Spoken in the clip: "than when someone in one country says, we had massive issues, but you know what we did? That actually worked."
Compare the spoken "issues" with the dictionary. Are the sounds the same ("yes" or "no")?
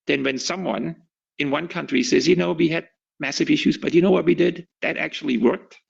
yes